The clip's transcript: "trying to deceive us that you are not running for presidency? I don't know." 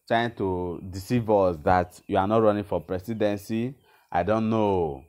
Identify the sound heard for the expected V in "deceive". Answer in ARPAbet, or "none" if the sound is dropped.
V